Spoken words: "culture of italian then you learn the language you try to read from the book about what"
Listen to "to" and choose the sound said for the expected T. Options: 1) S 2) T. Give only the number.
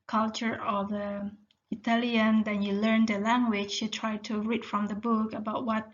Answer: 2